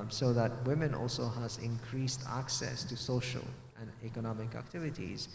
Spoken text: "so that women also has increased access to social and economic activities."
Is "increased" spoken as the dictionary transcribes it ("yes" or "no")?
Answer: yes